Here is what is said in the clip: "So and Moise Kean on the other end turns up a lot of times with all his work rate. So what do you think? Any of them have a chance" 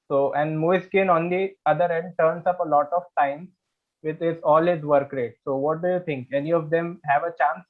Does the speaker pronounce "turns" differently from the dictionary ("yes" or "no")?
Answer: yes